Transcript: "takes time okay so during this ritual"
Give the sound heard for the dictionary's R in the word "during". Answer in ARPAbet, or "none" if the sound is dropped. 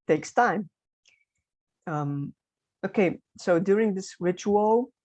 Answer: R